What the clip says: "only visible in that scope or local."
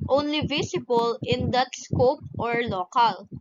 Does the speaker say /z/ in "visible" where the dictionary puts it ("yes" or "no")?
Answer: no